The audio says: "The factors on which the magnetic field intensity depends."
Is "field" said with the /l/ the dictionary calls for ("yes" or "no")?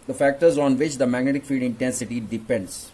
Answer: no